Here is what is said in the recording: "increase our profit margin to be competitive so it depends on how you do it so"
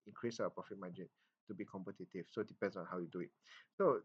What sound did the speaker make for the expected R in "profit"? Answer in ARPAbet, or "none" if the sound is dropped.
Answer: none